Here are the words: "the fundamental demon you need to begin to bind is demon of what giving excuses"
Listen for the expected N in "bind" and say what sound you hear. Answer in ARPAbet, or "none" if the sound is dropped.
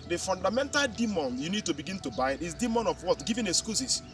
none